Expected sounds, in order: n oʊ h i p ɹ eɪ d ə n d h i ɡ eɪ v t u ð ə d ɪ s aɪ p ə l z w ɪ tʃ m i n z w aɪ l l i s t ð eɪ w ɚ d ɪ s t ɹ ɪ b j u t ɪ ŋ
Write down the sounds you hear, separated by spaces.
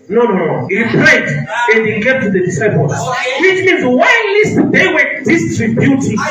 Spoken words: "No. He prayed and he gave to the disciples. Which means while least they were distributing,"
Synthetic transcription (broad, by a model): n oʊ h i p ɹ eɪ d ə n d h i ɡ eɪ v t u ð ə d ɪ s aɪ p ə l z w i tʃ m i n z w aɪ n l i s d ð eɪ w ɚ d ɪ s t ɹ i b j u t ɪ